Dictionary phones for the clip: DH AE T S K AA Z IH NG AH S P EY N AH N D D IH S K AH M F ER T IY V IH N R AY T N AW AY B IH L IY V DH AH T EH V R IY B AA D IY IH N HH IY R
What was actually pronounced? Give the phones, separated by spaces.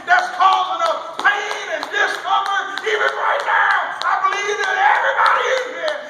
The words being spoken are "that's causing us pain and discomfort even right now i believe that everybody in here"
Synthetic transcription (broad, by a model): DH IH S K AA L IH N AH P EY N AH N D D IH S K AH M ER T IY V IH N R AY T N AW AY B IH L IY V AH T EH V R IY B AA D IY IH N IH